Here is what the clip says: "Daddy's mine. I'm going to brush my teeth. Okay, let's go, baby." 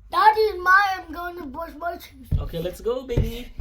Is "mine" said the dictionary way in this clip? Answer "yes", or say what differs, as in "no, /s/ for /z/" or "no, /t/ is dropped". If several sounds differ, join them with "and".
no, /n/ is dropped